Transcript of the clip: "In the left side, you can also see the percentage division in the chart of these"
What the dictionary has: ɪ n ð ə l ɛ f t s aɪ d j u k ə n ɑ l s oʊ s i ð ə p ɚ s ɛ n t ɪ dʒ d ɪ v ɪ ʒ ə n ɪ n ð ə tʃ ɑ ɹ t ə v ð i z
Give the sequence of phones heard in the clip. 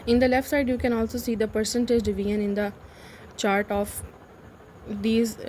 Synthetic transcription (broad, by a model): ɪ n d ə l ɛ f t s aɪ d j u k ə n ɑ l s oʊ s i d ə p ɚ s ɛ n t ɪ dʒ d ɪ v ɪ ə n ɪ n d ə tʃ ɑ ɹ t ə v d i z